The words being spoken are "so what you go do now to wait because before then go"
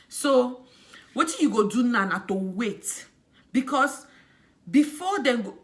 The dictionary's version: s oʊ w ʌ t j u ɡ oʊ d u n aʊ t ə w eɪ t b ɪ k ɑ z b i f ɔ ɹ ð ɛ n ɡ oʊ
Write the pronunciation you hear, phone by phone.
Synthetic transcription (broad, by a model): s oʊ w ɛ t j u ɡ oʊ d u n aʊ t ə w eɪ t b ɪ k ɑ s b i f ɔ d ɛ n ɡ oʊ